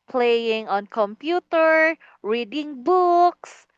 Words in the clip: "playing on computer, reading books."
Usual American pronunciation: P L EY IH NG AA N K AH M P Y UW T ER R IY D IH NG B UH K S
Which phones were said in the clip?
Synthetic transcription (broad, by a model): P L EY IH NG AA N K AH M P Y UW T ER R IY D IH NG B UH K S